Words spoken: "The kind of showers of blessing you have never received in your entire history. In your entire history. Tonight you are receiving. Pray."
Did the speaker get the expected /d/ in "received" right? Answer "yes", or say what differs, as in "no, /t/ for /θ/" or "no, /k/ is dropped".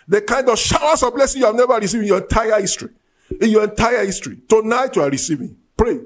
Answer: no, /d/ is dropped